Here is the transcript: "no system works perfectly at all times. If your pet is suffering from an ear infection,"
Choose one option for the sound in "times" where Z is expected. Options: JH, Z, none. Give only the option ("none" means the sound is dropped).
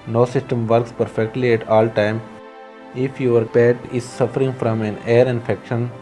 none